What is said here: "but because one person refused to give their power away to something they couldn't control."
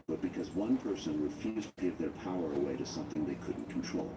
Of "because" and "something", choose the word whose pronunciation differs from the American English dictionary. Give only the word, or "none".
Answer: none